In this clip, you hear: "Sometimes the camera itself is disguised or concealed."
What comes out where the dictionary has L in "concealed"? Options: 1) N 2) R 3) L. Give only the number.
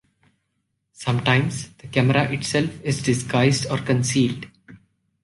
3